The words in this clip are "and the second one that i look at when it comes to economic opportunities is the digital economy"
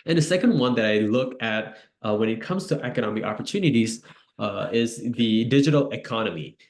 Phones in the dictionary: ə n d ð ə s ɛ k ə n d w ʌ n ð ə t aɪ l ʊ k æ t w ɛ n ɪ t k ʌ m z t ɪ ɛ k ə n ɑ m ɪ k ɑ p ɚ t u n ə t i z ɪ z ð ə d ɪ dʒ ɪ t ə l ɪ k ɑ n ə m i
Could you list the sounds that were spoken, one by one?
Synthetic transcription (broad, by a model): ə n ð ə s ɛ k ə n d w ʌ n ð ə t aɪ l ʊ k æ t w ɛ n ɪ t k ʌ m z t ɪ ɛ k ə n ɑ m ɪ k ɑ p ɚ t u n ə t i z ɪ z ð ə d ɪ dʒ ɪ t l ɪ k ɑ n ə m i